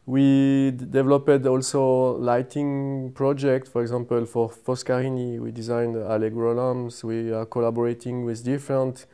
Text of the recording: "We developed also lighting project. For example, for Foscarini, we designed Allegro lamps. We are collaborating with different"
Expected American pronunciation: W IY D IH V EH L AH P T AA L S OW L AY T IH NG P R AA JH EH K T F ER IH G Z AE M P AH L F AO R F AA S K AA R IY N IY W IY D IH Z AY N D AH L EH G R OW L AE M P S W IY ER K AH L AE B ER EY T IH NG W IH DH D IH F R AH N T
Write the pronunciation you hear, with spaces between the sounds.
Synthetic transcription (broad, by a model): W IY D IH V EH L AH P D AA L S OW L AY T IH NG P R AA JH EH K T F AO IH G Z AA M P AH L F AO R F AA S K AA R IY N IY W IY D IH Z AY N D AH L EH G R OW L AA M S W IY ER K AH L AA B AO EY T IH NG W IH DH D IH F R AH N T